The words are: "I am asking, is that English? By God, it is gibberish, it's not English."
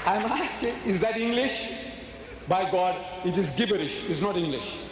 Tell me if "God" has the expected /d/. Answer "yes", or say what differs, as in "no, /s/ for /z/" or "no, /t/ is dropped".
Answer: yes